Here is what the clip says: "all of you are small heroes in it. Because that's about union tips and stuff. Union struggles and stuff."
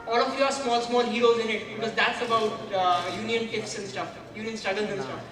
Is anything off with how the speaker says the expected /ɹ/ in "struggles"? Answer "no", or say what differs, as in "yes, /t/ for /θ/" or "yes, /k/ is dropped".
yes, /ɹ/ is dropped